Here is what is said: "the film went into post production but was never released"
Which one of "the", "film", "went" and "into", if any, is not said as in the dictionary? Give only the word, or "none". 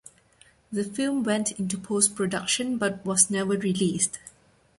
none